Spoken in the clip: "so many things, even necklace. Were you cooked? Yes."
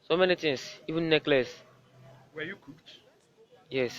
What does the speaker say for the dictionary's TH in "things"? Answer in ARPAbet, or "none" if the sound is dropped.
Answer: T